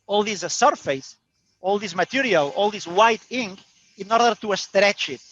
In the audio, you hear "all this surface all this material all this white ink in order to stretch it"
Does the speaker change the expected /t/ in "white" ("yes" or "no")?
no